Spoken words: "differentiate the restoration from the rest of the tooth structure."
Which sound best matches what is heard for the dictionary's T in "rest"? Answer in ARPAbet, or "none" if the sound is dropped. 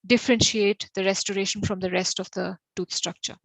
T